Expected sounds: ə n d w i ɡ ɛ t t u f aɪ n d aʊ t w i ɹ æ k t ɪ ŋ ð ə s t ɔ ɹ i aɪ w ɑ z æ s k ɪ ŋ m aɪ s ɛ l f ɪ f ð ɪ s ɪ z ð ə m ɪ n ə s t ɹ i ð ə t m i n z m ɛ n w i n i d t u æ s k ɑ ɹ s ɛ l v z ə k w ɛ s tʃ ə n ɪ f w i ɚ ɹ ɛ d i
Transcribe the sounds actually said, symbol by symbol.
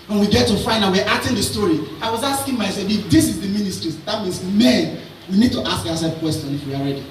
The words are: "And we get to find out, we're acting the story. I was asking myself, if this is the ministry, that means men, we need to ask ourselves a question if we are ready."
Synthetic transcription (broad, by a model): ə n w i ɡ ɛ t t u f aɪ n aʊ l w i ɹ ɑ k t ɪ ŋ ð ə s t ɔ ɹ i aɪ w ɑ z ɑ s k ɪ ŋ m aɪ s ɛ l ɪ f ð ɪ s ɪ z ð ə m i n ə s t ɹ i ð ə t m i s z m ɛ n w i n i d t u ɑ s k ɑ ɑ s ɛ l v k w ɛ s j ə n ɪ f w i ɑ ɹ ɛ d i